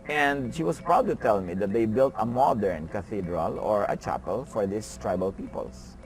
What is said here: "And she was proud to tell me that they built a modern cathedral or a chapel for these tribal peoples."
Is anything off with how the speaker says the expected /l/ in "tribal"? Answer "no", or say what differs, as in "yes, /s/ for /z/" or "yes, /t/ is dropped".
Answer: no